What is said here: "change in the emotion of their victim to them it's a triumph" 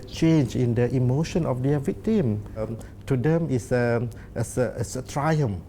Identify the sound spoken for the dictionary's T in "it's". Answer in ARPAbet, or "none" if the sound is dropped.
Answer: S